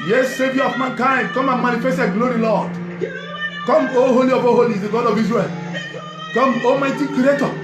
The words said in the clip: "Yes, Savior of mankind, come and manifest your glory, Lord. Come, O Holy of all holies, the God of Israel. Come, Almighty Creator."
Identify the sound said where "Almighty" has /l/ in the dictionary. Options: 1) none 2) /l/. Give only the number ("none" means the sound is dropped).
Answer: 1